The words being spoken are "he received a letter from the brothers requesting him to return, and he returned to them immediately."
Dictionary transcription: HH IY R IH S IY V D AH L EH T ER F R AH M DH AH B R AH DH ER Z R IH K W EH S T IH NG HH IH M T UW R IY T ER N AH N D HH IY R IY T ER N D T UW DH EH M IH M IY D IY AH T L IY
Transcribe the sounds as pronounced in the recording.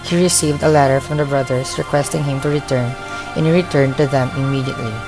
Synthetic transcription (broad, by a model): HH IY R IH S IY V D AH L EH T ER F R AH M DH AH B R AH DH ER S R IH K W EH S T IH NG HH IH M T UW R IY T ER N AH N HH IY R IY T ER N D T UW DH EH M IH M IY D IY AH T L IY